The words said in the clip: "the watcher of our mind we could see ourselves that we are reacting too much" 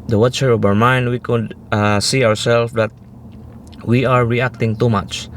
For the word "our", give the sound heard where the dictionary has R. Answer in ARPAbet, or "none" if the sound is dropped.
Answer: R